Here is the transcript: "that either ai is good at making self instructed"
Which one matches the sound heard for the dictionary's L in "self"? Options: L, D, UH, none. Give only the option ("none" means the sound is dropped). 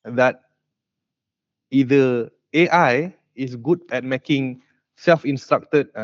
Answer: L